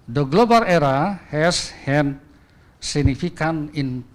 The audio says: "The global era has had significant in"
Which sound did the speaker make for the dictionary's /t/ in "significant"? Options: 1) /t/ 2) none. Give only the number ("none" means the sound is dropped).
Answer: 2